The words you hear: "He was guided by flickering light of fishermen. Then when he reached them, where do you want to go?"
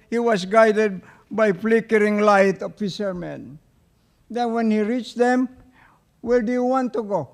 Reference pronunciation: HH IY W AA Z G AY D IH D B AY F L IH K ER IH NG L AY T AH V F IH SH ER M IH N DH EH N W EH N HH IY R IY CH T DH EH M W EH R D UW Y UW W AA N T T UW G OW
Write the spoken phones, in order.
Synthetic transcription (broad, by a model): HH IY W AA S G AY D IH D B AY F L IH K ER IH NG L AY T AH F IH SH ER M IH N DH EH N W EH N HH IY R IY CH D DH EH M W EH L D UW Y UW W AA N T T UW G OW